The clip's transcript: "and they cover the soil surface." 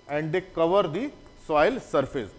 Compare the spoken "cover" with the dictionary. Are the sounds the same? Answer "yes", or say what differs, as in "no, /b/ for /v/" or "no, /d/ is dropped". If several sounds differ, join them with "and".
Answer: yes